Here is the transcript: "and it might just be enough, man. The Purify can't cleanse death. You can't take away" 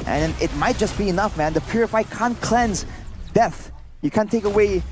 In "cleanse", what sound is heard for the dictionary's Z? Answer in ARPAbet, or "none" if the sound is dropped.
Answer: Z